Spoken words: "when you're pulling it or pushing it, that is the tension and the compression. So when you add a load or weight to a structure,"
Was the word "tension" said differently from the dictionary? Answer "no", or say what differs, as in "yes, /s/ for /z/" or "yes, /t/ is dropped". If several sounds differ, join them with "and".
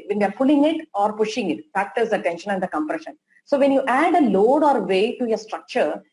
no